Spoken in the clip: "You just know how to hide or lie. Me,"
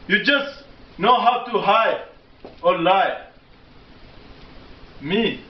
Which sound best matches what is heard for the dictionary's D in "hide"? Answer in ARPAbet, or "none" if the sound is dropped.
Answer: none